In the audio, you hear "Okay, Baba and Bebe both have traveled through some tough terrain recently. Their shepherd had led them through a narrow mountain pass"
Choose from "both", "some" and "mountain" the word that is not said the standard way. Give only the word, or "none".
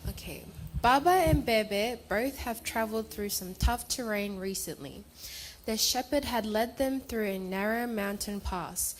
none